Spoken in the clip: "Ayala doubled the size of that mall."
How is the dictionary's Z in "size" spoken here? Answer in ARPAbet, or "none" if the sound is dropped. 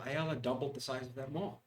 Z